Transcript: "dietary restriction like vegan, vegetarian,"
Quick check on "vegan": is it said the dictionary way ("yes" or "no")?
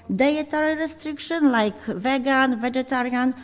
yes